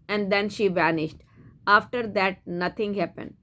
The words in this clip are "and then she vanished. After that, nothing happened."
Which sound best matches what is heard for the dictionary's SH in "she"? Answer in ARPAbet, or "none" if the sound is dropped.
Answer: SH